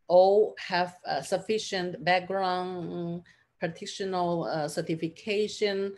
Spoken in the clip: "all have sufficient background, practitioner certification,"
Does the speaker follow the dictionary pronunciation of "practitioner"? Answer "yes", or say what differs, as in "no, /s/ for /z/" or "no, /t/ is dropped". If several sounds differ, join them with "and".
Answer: no, /k/ is dropped